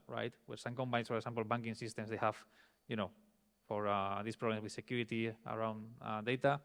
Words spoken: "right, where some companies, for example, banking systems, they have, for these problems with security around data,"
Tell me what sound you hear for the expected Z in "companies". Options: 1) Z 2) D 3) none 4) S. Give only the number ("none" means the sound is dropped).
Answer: 4